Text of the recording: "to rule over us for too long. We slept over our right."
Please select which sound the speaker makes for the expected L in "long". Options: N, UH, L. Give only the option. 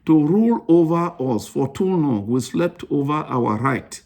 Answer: N